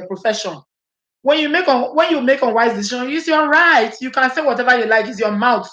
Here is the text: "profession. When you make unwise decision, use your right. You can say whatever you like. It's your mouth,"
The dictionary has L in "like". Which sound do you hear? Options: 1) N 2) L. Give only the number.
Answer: 2